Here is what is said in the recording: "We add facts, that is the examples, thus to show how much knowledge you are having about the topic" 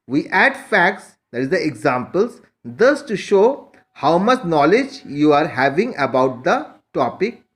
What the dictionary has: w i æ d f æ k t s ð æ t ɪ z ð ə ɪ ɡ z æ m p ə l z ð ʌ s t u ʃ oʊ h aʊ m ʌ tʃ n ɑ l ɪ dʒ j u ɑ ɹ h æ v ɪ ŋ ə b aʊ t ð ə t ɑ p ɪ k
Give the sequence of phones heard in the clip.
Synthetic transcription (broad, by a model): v i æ d f æ k t s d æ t ɪ z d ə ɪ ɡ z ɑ m p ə l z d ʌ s t u ʃ oʊ h aʊ m ʌ tʃ n ɑ l ɪ dʒ j u ɑ ɹ h æ v ɪ ŋ ə b aʊ t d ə t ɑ p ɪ k